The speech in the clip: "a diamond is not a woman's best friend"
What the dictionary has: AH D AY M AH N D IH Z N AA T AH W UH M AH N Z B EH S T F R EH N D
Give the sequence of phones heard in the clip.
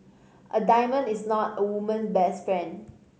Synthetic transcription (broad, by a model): AH D AY M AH N IH S N AA T AH W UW M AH N B EH S T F R EH N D